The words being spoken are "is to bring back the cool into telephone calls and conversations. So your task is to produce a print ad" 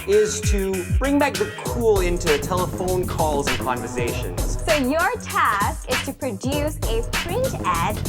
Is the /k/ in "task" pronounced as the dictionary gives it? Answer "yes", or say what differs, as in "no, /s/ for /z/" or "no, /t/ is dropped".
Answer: yes